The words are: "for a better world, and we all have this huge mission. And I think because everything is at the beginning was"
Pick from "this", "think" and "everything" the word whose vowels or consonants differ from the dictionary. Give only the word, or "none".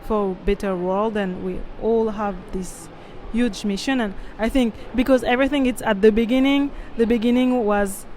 none